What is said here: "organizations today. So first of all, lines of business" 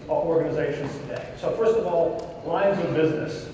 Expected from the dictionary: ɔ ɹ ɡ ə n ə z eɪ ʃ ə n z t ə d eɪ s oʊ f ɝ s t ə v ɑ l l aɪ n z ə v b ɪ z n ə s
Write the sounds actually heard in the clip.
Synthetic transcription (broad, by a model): ɔ ɹ ɡ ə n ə z eɪ ʃ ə n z t ə d eɪ s oʊ f ɝ s t ə v ɑ l l aɪ n z ə v b ɪ z n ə s